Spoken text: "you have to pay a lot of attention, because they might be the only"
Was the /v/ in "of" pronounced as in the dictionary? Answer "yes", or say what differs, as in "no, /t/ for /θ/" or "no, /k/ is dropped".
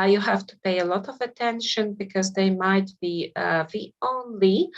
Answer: yes